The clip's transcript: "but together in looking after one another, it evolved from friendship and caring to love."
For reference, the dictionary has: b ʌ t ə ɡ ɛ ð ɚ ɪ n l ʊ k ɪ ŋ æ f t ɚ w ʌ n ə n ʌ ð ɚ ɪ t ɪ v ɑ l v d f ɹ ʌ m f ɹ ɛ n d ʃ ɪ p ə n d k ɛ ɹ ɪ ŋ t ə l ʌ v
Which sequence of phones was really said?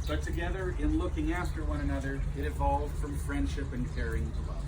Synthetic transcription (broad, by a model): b ʌ t ə ɡ ɛ ð ɚ ɪ n l ʊ k ɪ ŋ æ f t ɚ w ʌ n ə n ʌ ð ɚ ɪ t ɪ v ɑ l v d f ɹ ʌ m f ɹ ɛ n d ʃ ɪ p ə n k ɛ ɹ ɪ ŋ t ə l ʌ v